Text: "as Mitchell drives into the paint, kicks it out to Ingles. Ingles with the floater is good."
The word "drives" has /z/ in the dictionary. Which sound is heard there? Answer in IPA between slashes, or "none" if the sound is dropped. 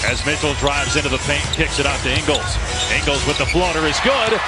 /z/